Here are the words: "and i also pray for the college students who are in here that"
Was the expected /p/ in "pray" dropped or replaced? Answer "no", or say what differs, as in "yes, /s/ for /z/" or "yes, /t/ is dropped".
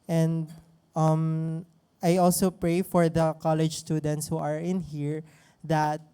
no